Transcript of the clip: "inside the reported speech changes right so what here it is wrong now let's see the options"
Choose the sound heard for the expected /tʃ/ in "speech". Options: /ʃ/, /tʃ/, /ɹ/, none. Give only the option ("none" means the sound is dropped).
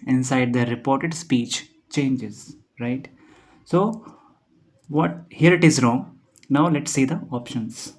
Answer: /tʃ/